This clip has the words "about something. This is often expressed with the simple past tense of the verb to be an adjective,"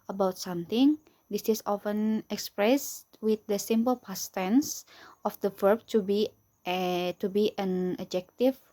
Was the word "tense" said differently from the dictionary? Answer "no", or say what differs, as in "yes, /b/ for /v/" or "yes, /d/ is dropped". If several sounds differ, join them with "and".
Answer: no